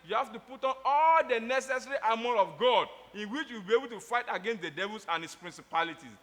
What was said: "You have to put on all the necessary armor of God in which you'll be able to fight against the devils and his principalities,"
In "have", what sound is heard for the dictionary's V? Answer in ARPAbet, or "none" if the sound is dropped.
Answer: F